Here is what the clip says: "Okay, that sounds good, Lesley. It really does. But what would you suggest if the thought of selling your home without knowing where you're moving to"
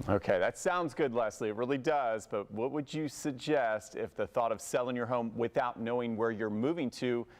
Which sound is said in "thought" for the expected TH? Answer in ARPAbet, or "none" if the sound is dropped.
TH